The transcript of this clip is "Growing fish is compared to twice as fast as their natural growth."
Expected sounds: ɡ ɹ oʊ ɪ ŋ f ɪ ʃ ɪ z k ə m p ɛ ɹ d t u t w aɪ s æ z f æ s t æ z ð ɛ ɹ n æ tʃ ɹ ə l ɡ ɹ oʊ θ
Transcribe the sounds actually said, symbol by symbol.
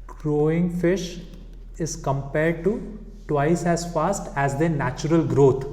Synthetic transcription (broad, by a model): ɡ ɹ oʊ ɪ ŋ f ɪ ʃ ɪ z k ə m p ɛ ɹ d t u t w aɪ s æ z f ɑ s t æ z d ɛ n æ tʃ ɹ ə l ɡ ɹ oʊ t